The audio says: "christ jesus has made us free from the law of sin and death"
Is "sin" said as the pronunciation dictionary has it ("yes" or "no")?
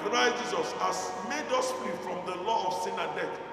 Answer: yes